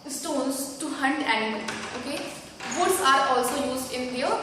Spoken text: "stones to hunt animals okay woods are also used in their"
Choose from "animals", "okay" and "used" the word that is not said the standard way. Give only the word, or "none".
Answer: animals